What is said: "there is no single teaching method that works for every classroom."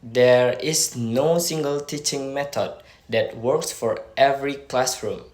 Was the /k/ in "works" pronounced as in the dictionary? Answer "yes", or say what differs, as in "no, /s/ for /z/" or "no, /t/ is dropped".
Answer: yes